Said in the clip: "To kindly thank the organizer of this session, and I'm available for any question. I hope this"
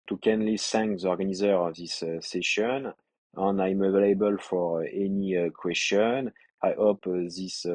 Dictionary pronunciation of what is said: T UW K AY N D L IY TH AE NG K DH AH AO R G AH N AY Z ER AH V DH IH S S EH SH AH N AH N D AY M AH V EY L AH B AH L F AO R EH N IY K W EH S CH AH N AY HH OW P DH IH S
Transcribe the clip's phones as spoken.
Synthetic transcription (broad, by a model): T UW K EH N L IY S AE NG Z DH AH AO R G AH N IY Z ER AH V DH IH S S EH SH AH N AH N AY M AH V EY L AH B AH L F AO R EH N IY K W EH S CH AH N AY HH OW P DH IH S